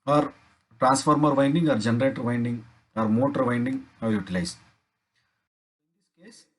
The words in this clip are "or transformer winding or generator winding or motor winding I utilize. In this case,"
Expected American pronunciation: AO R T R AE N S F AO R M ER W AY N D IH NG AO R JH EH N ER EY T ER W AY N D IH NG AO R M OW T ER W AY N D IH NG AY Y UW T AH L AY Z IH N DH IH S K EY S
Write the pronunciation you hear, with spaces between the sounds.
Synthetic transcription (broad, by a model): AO R T R AE N S F AO R M ER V AY N D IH NG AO R JH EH N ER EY T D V AY N D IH NG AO R M OW T ER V AY N D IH NG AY Y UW T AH L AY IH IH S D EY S